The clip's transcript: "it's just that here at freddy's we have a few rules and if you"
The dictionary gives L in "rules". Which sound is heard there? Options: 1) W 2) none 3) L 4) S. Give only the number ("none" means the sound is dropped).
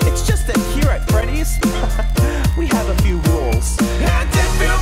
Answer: 3